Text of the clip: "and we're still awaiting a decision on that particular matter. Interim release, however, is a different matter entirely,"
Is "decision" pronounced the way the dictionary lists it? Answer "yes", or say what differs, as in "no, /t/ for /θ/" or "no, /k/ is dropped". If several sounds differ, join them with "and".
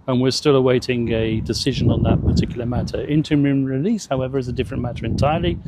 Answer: yes